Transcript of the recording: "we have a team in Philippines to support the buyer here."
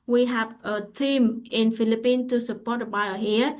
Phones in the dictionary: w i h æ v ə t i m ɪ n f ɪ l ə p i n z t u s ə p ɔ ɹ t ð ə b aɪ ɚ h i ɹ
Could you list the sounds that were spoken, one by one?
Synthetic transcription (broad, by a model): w i h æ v ə t i m ɪ n f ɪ l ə p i n t u s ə p ɔ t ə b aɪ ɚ h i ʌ